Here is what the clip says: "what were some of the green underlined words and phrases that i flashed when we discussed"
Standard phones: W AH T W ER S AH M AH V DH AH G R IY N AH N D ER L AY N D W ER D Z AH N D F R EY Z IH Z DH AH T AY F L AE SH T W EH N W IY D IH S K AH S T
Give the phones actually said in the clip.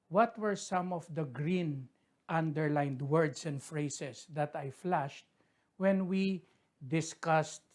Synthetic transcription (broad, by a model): W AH T W ER S AH M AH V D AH G R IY N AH N D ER L AY N D W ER D S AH N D F R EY S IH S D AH T AY F L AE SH T W EH N W IY D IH S K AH S T